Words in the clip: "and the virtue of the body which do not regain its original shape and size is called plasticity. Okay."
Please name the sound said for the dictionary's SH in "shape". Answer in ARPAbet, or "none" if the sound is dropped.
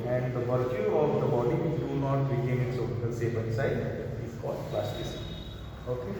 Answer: S